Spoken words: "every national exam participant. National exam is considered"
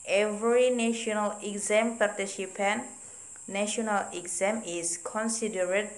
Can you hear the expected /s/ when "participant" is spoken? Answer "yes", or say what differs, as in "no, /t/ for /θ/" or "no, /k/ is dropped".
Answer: no, /ʃ/ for /s/